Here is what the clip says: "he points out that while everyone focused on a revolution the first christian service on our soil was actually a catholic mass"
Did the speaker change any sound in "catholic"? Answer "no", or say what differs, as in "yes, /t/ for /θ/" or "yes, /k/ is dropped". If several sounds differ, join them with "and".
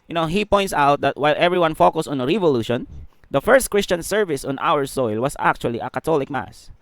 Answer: yes, /t/ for /θ/